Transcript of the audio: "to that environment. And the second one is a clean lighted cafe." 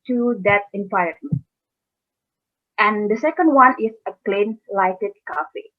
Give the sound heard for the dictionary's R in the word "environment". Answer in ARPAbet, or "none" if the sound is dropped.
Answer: none